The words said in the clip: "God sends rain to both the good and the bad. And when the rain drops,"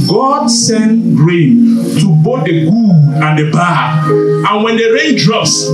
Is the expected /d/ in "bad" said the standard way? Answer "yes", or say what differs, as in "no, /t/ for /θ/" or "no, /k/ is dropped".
no, /d/ is dropped